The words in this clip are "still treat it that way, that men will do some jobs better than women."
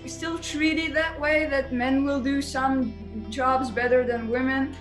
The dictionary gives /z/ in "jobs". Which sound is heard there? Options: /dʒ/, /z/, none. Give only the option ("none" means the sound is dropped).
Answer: /z/